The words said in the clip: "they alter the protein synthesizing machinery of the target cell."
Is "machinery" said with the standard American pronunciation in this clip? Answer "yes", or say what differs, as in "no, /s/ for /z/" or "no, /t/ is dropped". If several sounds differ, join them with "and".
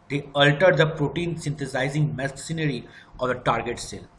no, /s/ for /ʃ/